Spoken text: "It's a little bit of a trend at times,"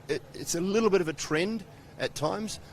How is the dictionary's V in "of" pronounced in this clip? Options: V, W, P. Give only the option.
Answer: V